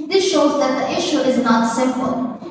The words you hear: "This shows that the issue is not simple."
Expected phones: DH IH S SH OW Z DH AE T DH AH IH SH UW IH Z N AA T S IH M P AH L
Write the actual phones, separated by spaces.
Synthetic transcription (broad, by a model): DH IH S SH OW Z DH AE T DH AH IH SH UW IH Z N AA T S IH M P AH L